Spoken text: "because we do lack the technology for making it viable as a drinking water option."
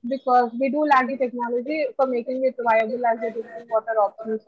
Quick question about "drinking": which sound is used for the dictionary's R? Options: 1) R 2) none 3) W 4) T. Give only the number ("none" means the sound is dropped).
2